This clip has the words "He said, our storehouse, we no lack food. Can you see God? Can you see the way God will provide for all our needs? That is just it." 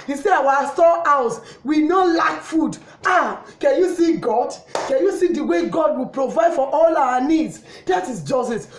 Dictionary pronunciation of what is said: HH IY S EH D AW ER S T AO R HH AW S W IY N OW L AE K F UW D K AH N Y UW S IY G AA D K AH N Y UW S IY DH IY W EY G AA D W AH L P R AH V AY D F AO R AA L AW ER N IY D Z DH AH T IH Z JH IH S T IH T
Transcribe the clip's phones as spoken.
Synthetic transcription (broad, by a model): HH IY S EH AW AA S T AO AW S W IY N OW L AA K F UW D K AH N Y UW S IY G AA D K AH N Y UW S IY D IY W EY G AA D W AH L P R AH V AY D F AO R AA L AW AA N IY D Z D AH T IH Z JH IH S T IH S